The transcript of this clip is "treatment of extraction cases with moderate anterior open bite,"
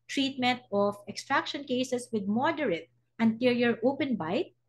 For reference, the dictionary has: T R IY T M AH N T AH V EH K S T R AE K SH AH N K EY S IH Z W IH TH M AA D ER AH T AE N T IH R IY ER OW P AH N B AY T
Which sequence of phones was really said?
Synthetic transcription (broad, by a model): T R IY T M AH N T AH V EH K S T R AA K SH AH N K EY S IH S W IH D M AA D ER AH T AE N T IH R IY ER OW P AH N B AY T